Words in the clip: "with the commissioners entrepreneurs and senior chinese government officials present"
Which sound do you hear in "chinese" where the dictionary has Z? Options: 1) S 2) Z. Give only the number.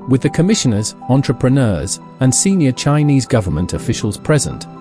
2